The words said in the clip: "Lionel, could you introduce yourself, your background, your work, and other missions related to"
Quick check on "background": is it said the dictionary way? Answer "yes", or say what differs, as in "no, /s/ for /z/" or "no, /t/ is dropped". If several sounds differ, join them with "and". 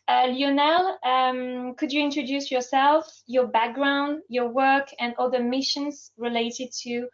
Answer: yes